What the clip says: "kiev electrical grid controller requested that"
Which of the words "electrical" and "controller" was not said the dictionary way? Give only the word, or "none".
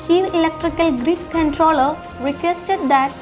none